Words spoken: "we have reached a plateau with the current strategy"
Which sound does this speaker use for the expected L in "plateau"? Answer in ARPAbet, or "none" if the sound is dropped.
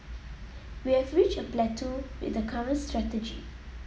L